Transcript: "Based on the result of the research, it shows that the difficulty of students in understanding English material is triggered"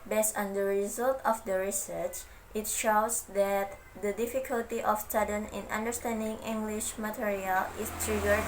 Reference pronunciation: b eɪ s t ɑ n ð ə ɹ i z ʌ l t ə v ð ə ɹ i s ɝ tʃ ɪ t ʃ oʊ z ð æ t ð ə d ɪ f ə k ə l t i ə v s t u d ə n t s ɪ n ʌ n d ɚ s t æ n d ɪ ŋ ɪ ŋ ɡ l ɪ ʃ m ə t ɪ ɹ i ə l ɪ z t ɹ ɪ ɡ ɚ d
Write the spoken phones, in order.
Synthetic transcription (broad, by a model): b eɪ s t ɑ n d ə ɹ i z ʌ l t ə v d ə ɹ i s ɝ tʃ ɪ t ʃ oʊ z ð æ t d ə d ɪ f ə k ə l t i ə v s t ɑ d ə n ɪ n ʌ n d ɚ s t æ n d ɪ ŋ ɪ ŋ ɡ l ɪ ʃ m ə t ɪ ɹ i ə l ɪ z t ɹ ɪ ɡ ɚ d